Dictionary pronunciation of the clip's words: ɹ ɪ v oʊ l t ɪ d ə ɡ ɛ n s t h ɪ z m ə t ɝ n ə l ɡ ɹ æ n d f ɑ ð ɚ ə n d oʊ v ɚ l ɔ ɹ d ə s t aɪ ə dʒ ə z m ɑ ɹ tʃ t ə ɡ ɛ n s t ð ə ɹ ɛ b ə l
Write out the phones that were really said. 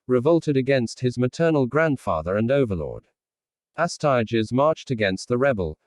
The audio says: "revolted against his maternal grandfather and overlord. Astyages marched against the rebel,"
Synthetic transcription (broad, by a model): ɹ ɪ v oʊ l t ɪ d ə ɡ ɛ n s t h ɪ z m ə t ɝ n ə l ɡ ɹ æ n d f ɑ ð ɚ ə n oʊ v ɚ l ɔ ɹ d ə s t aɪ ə dʒ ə z m ɑ ɹ tʃ t ə ɡ ɛ n s t ð ə ɹ ɛ b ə l